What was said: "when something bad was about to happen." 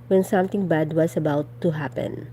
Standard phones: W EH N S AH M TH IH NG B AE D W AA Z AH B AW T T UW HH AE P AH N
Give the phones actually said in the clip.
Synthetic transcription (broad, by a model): W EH N S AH M T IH NG B AE D W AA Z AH B AW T T UW HH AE P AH N